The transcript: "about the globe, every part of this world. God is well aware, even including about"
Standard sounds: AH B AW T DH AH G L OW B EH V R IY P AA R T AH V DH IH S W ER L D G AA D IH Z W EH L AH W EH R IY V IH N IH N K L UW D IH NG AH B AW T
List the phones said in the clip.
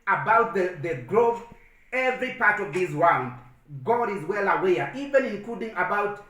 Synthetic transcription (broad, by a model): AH B AW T DH AH G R OW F EH V R IY P AA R T AH V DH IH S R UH N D G AA D IH Z W EH L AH W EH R IY V IH N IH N K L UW D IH NG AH B AW T